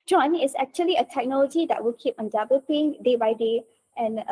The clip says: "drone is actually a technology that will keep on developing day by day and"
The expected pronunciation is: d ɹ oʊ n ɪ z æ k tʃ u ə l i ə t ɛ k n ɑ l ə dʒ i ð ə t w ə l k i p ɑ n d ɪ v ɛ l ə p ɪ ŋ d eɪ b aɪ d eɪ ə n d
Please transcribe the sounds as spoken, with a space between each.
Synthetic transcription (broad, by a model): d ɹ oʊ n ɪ s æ k tʃ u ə l i ə t ɛ k n ɑ l ə dʒ i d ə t w ə l k i p ɑ n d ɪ b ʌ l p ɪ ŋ d eɪ b aɪ d eɪ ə n